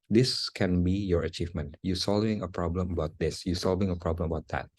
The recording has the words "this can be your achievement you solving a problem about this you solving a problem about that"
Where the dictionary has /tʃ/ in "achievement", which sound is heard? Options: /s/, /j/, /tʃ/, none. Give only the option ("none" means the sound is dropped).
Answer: /tʃ/